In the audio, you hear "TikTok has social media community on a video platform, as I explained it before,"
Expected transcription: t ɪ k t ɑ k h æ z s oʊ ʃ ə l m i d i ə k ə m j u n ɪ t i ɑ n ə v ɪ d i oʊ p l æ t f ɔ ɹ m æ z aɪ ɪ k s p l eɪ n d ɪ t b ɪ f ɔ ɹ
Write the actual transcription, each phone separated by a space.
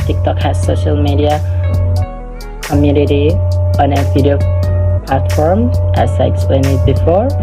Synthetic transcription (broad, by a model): t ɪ k t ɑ k h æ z s oʊ ʃ ə l m i d i ə k ə m j u n ɪ t i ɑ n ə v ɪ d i oʊ p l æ t f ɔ ɹ m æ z aɪ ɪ k s p l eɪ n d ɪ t b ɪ f ɔ ɹ